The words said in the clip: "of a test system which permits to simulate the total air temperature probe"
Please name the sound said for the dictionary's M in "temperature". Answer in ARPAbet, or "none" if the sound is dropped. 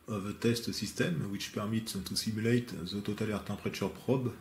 none